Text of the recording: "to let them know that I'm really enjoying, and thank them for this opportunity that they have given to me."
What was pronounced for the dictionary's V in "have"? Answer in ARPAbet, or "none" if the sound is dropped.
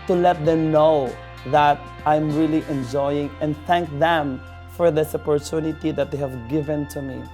V